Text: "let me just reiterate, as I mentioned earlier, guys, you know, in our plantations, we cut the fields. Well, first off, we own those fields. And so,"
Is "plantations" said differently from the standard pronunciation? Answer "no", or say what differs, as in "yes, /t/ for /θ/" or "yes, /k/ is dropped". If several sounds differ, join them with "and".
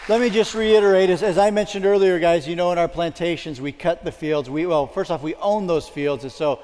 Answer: no